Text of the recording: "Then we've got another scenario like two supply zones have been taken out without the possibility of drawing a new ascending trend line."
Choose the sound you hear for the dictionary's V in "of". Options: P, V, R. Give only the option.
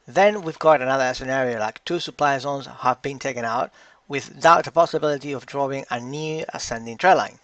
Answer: V